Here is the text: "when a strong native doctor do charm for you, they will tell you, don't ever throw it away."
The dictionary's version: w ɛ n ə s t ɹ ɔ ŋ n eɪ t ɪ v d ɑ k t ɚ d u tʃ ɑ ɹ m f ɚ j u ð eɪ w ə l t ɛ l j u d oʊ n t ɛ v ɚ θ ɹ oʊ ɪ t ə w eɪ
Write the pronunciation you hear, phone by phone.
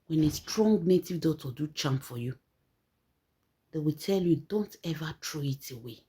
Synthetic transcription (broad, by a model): w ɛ n ə s t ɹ ɔ ŋ n eɪ t ɪ v d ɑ t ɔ d u tʃ ɑ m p f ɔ j u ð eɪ w ə l t ɛ l j u d oʊ n t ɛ v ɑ t ɹ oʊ ɪ t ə w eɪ